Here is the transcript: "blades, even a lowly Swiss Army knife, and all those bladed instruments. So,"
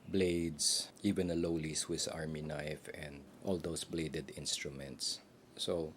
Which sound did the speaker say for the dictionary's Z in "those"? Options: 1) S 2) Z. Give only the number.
1